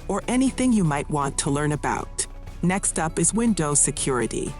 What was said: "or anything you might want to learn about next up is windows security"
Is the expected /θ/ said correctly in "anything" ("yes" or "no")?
yes